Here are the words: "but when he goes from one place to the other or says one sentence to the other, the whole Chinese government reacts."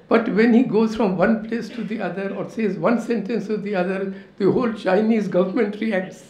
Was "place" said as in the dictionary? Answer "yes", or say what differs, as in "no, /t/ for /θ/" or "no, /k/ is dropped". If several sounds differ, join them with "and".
yes